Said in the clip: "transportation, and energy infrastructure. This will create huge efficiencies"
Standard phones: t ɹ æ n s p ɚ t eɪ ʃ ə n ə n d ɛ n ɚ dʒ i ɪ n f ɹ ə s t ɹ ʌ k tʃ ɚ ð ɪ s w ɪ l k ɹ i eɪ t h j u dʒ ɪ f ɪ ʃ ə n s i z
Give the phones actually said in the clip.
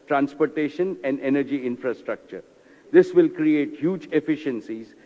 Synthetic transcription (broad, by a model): t ɹ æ n s p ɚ t eɪ ʃ ə n ə n d ɛ n ɚ dʒ i ɪ n f ɹ ə s t ɹ ʌ k tʃ ɚ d ɪ s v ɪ l k ɹ i eɪ t h j u dʒ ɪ f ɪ ʃ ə n s i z